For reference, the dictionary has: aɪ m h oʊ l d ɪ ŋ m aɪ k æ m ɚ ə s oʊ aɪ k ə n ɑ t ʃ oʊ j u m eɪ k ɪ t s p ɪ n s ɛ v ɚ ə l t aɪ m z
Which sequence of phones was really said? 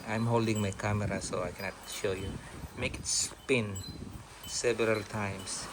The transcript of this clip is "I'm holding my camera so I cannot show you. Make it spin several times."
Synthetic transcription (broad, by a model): aɪ m h oʊ l d ɪ ŋ m aɪ k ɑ m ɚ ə s oʊ aɪ k ə n ɑ t ʃ oʊ j u m eɪ k ɪ t s p ɪ n s ɛ v ɚ ə l t aɪ m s